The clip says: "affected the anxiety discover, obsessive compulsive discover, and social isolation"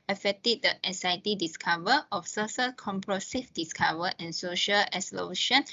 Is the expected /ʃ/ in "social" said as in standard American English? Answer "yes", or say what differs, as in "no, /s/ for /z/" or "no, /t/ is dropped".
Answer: yes